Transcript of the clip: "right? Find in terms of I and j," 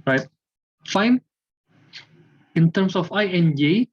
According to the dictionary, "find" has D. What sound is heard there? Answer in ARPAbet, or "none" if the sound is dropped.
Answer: none